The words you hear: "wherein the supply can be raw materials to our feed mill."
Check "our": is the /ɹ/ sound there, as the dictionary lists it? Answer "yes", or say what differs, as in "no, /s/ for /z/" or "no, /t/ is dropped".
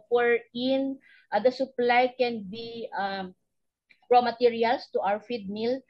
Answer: no, /w/ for /ɹ/